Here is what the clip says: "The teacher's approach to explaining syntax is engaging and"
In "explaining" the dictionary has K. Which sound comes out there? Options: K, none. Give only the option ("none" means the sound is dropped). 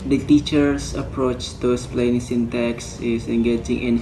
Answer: none